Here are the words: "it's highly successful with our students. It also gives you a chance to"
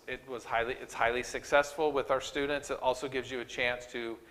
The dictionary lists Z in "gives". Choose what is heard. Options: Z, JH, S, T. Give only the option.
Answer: Z